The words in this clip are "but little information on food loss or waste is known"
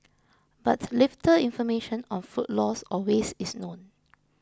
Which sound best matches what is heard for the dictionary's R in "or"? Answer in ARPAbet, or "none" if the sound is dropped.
L